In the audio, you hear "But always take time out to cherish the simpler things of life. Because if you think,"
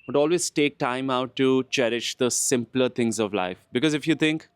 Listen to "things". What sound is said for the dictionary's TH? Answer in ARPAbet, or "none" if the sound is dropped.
T